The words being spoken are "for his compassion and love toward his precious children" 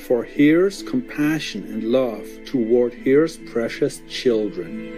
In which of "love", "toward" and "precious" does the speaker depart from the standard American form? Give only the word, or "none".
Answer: none